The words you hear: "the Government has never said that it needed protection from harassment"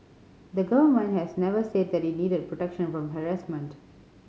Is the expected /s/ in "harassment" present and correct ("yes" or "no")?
yes